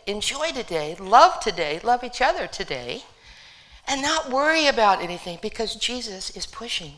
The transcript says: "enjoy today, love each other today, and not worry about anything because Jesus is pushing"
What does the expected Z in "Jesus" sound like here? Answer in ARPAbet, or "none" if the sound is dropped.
Z